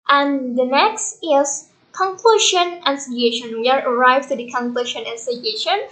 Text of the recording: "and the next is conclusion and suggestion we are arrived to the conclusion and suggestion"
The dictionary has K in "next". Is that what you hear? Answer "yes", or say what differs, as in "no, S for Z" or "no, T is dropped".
yes